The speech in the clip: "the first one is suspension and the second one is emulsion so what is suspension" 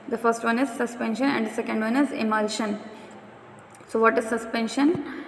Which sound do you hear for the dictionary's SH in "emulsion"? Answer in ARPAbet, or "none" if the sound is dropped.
SH